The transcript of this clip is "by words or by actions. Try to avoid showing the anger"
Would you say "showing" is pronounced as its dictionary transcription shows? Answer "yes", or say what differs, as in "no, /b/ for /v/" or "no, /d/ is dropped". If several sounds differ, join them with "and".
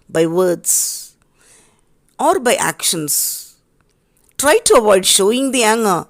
yes